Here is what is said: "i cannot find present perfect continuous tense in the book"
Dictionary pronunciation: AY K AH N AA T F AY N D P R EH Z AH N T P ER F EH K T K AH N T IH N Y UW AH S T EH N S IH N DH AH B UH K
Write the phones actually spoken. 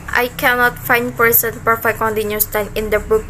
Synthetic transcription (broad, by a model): AY K AH N AA T F AY N D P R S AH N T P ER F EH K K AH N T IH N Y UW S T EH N IH N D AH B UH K